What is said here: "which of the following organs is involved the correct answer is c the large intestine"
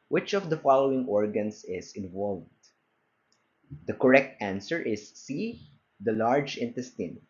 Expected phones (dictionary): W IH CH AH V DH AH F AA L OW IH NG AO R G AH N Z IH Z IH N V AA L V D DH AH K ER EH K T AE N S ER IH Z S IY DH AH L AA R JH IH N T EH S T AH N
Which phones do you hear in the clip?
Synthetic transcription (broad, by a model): W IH CH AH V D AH F AA L OW IH NG AO R G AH N S IH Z IH N V AA L V D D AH K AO EH K T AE N S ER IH S IY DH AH L AA R JH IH N T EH S T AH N